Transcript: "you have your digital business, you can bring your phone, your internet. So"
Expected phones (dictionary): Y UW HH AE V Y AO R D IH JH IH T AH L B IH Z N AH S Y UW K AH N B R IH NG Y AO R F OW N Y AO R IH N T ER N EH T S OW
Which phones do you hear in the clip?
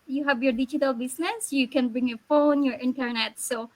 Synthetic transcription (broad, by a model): Y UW HH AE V Y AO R D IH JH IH T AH L B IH S N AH S Y UW K AH N B R IH NG Y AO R F OW N Y AO R IH N T ER N EH T S OW